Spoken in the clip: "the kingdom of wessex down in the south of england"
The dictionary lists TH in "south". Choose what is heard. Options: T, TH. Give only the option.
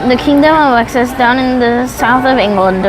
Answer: TH